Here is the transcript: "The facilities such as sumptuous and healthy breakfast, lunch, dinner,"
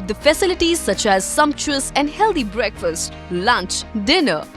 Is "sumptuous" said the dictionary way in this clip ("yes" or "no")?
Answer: yes